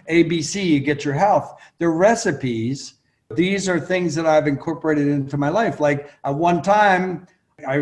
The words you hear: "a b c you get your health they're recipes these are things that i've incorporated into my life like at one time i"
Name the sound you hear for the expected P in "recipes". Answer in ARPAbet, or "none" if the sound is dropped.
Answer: P